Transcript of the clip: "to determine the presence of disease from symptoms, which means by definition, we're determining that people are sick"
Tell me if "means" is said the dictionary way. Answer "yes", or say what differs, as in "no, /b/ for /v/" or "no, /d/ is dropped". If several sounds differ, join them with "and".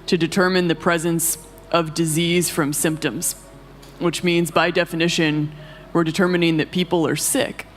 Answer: yes